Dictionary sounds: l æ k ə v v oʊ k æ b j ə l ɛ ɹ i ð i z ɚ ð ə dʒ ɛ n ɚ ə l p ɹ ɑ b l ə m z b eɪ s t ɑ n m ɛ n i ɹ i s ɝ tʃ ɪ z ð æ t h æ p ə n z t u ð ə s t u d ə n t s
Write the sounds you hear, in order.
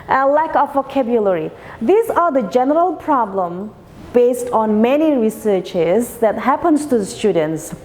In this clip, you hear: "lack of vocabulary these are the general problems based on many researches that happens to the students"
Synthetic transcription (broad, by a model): l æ k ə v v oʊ k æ b j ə l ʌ ɹ i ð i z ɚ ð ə dʒ ɛ n ɚ ə l p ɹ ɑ b l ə m b eɪ s t ɑ n m ɛ n i ɹ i s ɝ tʃ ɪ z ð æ t h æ p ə n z t u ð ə s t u d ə n t s